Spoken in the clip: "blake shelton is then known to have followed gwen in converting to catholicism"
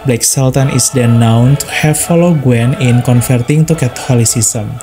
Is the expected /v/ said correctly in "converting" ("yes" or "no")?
no